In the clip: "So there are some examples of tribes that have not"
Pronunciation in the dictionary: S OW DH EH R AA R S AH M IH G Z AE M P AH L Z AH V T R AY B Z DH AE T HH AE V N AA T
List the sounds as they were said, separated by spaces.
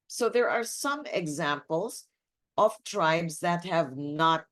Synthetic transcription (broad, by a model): S OW DH EH R AA R S AH M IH G Z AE M P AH L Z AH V T R AY B Z DH AE T HH AE V N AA T